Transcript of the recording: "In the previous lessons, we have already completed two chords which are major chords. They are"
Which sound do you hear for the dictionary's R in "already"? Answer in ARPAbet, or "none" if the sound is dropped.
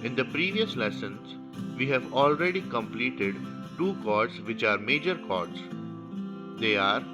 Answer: R